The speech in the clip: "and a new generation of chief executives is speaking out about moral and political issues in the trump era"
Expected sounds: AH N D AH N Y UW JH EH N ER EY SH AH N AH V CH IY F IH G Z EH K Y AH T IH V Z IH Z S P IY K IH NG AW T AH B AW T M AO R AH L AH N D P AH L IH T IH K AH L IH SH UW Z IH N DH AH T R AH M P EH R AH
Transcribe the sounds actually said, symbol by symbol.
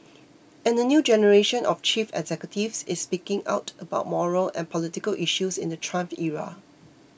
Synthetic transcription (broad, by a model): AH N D AH N Y UW JH EH N ER EY SH AH N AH F CH IY F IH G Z EH K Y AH T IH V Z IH S P IY K IH NG AW T AH B AW T M AO R AH L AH N P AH L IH T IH K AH L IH SH UW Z IH N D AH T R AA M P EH R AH